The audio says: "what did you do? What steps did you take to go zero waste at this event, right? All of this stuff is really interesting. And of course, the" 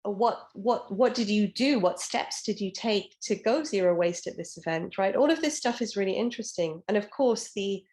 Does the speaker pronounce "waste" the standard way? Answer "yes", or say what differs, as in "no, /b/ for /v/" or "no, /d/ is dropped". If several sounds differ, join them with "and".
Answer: yes